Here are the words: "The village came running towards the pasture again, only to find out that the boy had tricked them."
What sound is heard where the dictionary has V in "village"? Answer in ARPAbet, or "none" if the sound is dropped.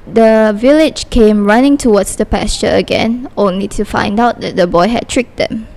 V